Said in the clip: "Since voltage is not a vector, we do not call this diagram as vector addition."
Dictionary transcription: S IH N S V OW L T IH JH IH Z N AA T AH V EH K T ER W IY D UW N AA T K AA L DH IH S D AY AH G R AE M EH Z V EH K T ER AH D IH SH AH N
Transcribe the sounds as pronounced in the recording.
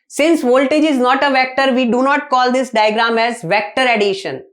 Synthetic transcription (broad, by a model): S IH N S V OW L T IH JH IH Z N AA T AH V EH K T ER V IY D UW N AA T K AA L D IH S D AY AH G R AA M EH Z V EH K T ER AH D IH SH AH N